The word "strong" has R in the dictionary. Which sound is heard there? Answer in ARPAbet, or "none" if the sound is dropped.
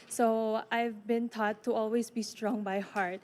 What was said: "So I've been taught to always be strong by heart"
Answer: R